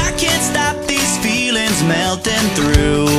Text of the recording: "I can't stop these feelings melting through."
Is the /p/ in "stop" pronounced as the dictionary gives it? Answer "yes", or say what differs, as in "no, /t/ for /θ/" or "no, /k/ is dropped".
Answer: yes